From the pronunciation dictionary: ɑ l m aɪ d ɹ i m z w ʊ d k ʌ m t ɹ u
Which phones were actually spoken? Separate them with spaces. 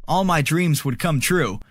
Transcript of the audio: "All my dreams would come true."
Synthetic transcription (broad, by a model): ɑ l m aɪ d ɹ i m z w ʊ d k ʌ m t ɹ u